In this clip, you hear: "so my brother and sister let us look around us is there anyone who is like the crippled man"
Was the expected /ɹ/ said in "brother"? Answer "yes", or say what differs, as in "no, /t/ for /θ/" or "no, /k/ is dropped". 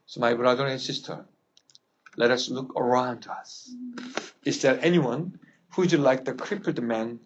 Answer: yes